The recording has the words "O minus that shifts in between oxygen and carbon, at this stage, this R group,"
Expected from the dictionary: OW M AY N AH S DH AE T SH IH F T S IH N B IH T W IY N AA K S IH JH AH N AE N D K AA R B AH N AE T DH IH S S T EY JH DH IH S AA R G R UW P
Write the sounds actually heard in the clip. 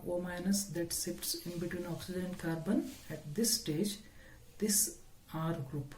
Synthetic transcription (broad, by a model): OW M AY N AH S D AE T S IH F T S IH N B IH T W IY N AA K S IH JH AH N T K AA R B AH N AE T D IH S S T EY JH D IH S AA R G R UW P